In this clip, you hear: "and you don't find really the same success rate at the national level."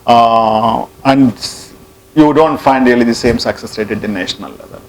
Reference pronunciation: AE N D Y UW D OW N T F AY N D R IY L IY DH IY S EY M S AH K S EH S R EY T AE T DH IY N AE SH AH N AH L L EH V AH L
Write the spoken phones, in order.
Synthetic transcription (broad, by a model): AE N D Y UW D OW N T F AY N D R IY L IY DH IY S EY M S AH K S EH S R EY T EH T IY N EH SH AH N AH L L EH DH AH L